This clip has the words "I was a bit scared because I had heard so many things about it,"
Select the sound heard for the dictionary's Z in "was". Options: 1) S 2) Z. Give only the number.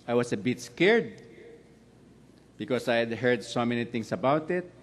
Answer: 1